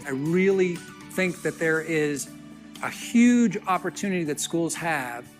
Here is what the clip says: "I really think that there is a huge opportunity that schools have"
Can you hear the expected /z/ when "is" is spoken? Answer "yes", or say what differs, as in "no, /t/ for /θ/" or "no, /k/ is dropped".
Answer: yes